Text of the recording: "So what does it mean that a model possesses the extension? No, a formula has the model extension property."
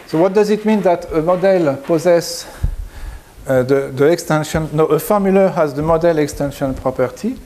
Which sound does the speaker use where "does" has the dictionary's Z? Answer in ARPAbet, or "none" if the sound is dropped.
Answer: Z